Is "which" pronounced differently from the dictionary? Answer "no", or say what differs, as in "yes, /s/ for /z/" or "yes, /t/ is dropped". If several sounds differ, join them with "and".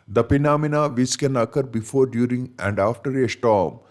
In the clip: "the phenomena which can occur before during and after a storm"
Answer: yes, /s/ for /tʃ/